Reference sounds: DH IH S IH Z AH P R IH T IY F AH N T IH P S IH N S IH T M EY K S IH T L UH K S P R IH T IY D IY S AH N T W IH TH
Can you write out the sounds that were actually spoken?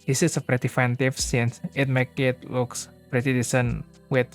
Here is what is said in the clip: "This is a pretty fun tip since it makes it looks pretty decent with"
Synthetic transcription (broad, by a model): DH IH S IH S AH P R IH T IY F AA N T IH F S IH N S IH T M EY K IH T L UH K S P R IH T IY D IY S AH N W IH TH